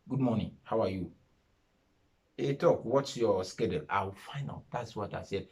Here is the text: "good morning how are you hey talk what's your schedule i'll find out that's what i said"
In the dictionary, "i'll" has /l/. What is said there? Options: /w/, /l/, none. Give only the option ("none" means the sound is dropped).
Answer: /w/